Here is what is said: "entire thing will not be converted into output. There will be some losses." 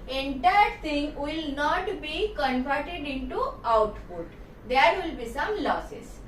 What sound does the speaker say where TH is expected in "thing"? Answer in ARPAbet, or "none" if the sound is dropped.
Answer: T